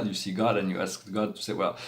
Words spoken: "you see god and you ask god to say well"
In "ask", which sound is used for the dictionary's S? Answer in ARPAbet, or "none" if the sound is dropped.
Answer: S